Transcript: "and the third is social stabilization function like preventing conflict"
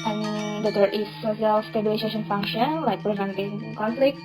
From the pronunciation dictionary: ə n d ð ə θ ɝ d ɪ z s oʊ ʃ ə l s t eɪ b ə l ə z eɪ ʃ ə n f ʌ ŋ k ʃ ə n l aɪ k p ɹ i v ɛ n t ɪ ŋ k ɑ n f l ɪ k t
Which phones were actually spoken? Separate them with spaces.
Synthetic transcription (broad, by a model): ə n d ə t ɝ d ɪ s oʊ s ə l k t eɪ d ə ə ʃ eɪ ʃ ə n f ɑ ŋ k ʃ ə n l aɪ k p ɹ i v ɛ n t ɪ ŋ k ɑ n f l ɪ k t